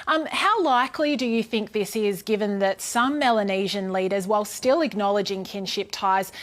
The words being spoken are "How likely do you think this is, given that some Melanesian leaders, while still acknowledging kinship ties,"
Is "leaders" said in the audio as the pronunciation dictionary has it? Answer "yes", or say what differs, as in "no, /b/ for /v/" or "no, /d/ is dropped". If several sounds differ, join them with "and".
yes